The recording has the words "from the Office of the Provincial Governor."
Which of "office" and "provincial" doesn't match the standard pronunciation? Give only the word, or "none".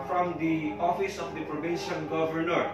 provincial